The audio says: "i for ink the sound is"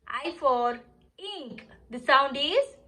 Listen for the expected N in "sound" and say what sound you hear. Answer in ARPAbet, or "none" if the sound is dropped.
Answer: N